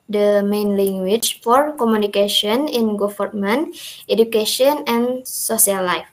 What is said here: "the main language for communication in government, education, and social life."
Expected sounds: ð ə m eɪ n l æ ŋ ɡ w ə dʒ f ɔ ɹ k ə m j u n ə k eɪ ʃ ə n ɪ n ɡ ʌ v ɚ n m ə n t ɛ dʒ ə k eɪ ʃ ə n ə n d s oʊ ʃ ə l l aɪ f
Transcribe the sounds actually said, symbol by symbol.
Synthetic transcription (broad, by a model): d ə m eɪ n l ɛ ŋ ɡ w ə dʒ f ɔ ɹ k ə m j u n ə k eɪ ʃ ə n ɪ n ɡ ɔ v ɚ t m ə n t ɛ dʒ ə k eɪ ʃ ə n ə n s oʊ s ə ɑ l aɪ f